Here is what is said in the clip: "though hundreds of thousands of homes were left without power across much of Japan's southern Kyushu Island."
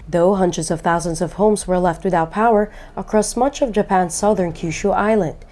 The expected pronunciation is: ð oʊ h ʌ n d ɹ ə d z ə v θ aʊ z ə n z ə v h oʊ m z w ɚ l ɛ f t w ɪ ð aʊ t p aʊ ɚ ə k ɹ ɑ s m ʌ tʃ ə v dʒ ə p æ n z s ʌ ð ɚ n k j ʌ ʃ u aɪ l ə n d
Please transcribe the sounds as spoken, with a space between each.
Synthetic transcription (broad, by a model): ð oʊ h ʌ n d ɹ ə d z ə v θ aʊ z ə n z ə v h oʊ m z w ɚ l ɛ f t w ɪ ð aʊ t p aʊ ɚ ə k ɹ ɑ s m ʌ tʃ ə v dʒ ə p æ n s ʌ ð ɚ n k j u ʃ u aɪ l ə n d